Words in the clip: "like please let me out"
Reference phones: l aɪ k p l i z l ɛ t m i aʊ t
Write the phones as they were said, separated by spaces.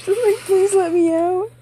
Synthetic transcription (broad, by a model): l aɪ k p l i z l ɛ t m i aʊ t